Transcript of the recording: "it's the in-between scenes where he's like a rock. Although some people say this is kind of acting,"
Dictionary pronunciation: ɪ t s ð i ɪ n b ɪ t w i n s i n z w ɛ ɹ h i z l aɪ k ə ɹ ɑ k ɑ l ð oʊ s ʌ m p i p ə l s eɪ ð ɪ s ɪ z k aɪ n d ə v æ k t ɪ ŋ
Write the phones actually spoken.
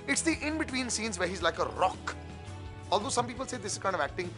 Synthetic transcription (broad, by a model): ɪ t s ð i ɪ n b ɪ t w i n s i n z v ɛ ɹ h i z l aɪ k ə ɹ ɑ k ɑ l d oʊ s ʌ m p i p ə l s eɪ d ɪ s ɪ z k aɪ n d ə v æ k t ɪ ŋ